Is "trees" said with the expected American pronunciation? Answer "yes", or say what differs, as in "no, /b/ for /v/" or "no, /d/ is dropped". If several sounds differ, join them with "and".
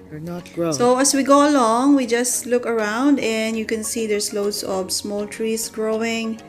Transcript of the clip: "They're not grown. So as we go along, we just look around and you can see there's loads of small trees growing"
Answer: no, /s/ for /z/